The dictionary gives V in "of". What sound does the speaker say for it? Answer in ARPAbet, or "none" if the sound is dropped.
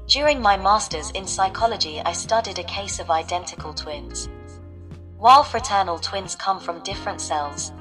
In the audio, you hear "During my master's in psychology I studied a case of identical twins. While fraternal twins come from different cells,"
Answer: V